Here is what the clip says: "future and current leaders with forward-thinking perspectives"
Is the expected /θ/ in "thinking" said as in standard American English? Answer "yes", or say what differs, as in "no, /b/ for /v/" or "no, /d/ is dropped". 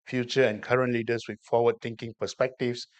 no, /t/ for /θ/